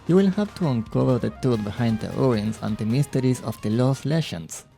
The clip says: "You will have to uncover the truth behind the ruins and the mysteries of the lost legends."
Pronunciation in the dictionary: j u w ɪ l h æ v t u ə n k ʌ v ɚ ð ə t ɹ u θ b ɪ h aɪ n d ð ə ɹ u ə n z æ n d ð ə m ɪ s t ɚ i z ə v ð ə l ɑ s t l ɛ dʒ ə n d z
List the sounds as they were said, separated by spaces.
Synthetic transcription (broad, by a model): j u w ɪ l h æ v t u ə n k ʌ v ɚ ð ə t u t b ɪ h aɪ n d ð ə ɹ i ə n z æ n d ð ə m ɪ s t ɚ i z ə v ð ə l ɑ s l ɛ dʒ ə n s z